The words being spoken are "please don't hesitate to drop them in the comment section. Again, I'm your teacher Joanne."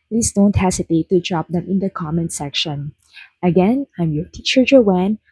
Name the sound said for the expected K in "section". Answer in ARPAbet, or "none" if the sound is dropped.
K